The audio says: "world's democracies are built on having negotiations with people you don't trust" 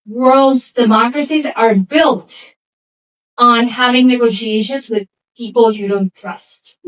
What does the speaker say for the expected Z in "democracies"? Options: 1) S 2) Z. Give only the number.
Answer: 2